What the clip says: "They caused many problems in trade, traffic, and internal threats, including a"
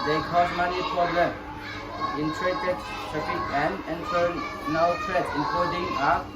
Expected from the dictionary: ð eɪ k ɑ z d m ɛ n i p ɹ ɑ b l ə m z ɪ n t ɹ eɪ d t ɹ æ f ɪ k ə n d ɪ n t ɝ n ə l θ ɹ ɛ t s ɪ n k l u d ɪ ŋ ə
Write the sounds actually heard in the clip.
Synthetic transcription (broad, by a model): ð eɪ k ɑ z m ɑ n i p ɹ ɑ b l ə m ɪ n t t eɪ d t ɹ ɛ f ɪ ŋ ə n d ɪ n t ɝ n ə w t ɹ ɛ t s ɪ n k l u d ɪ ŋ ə